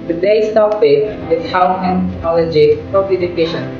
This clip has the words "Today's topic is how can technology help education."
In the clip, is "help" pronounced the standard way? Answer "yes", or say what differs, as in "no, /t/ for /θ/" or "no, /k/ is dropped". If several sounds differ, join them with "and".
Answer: no, /l/ is dropped